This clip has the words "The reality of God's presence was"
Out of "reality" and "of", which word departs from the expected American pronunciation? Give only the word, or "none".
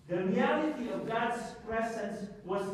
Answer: none